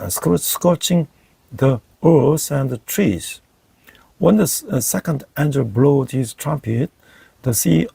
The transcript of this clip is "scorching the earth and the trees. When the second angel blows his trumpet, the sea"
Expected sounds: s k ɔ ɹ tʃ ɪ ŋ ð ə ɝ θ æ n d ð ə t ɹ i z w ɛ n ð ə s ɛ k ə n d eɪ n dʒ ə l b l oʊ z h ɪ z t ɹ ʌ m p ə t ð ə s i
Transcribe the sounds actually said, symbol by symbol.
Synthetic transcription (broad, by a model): s k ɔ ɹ tʃ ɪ ŋ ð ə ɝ s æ n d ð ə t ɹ i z w ɛ n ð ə s ɛ k ə n d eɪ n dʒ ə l b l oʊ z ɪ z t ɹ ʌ m p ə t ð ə s i